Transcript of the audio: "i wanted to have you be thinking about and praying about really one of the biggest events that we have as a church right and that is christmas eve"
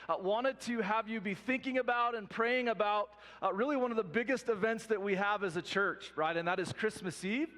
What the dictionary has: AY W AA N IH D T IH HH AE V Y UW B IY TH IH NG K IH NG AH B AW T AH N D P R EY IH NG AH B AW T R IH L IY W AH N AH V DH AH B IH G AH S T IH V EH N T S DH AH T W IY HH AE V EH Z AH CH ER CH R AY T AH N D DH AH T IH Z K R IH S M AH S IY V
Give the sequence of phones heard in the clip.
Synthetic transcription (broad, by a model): W AA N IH D T IH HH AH V Y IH B IY TH IH NG K IH NG AH B AW T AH N P R EY IH NG AH B AW T R IH L IY W AH N AH V DH AH B IH G AH S T IH V EH N T S DH AH T W IY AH V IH Z AH CH ER CH R AY T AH N DH AH T IH Z K R IH S M AH S IY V